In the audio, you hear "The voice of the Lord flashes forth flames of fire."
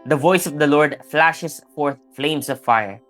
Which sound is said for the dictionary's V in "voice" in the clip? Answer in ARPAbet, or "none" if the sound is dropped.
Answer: V